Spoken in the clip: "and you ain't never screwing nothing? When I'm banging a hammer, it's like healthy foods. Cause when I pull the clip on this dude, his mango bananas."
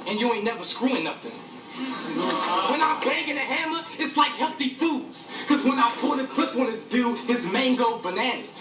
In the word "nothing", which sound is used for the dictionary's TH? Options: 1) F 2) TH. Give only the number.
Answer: 1